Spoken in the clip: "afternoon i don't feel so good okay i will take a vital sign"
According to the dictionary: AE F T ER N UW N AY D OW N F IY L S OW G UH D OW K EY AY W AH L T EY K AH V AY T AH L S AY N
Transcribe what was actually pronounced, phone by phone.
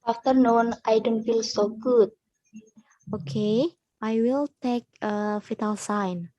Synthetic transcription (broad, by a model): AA F T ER N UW N AY D OW N F IY L S OW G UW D OW K EY AY W AH L T EY K AH F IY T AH L S AY N